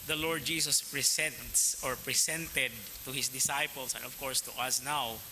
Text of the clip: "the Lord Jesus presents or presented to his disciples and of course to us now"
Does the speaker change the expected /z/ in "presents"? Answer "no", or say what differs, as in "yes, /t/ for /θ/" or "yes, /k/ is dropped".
yes, /s/ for /z/